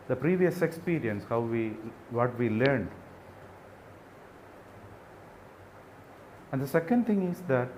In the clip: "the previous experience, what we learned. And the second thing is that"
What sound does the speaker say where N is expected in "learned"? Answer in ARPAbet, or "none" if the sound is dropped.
N